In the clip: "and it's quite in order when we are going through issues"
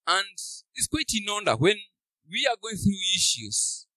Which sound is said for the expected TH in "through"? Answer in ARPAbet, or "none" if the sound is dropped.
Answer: TH